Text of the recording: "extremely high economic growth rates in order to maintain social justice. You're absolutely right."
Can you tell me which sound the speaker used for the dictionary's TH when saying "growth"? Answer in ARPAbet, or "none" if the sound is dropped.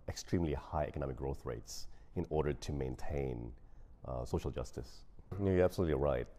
TH